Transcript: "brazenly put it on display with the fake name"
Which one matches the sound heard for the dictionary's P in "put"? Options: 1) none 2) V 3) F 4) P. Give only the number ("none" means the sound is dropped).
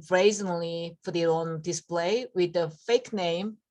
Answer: 3